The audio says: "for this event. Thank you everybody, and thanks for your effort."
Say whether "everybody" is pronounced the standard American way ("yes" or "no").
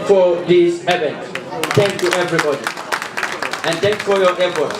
yes